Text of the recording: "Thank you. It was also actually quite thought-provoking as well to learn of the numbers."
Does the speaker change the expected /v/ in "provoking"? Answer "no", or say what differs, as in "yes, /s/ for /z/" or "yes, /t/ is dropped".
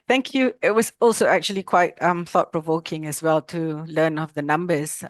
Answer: no